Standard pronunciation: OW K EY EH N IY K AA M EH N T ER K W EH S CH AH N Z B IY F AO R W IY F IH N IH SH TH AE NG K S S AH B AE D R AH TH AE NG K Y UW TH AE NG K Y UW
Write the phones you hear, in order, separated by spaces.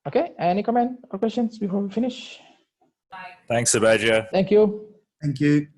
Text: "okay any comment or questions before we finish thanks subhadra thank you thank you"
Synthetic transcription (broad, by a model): OW K EY EH N IY K AA M EH N T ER K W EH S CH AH N S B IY F AO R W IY F IH N IH SH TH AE NG K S S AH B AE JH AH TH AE NG K Y UW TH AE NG K Y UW